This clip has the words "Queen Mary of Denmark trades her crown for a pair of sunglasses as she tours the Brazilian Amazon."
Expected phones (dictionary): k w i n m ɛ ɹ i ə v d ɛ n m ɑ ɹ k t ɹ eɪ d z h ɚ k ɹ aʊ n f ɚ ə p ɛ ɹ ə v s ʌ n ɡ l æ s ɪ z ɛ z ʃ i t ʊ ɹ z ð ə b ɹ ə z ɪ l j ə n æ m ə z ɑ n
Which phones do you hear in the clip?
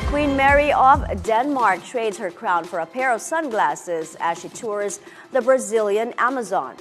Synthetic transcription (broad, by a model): k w i n m ɛ ɹ i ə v d ɛ n m ɑ ɹ k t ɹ eɪ d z h ɚ k ɹ aʊ n f ɚ ə p ɛ ɹ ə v s ʌ n ɡ l æ s ɪ z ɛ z ʃ i t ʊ ɹ z ð ə b ɹ ə z ɪ l j ə n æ m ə z ɑ n